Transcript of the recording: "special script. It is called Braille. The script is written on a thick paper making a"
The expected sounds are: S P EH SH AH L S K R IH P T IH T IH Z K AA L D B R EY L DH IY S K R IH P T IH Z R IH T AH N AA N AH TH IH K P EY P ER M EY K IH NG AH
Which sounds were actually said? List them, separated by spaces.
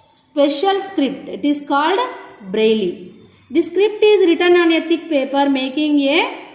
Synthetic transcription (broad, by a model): S P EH SH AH L S K R IH P T IH T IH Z K AA L D B R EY L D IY S K R IH P T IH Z R IH T AH N AA N AH T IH K P EY P ER M EY K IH NG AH